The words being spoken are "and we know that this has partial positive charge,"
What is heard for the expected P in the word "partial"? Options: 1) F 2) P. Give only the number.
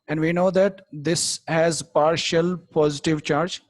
2